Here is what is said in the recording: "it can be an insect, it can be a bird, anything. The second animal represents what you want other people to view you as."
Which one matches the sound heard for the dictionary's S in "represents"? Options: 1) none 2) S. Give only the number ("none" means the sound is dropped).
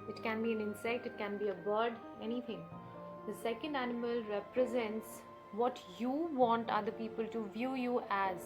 2